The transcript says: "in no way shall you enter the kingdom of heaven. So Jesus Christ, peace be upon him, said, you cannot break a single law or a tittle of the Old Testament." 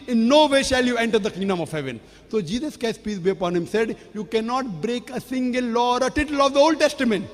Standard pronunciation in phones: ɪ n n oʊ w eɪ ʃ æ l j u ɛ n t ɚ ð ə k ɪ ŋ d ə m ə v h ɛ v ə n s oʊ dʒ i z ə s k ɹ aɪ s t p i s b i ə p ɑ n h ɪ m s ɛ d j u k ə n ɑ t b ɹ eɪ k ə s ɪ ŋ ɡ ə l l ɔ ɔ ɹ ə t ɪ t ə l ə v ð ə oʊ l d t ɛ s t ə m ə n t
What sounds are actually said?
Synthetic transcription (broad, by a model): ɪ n n oʊ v eɪ ʃ æ l j u ɛ n t ɚ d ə k ɪ ŋ d ə m ə v h ɛ v ə n s oʊ dʒ i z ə s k aɪ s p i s b i ə p ɑ n h ɪ m s ɛ d j u k ə n ɑ t b ɹ eɪ k ə s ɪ ŋ ɡ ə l l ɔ ɔ ɹ ə t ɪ t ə l ə v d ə oʊ l d t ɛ s t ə m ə n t